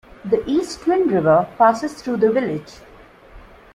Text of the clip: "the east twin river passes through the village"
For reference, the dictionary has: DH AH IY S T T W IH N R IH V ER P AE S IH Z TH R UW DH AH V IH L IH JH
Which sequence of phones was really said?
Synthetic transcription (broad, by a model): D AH IY S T T W IH N R IH V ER P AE S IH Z T R UW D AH V IH L IH JH